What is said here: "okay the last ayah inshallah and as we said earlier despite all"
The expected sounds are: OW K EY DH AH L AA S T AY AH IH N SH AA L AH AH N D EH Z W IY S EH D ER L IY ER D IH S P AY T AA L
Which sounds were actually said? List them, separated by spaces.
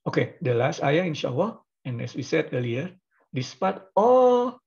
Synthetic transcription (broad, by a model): OW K EY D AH L AA S T AY AH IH N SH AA W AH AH N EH S W IY S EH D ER L IY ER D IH S P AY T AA L